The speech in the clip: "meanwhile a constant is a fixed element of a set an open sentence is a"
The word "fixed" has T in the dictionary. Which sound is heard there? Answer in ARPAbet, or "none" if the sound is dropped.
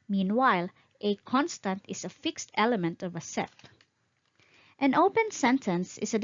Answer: T